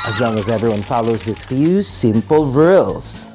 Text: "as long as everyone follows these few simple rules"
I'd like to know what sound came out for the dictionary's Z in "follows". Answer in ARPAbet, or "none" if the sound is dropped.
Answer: Z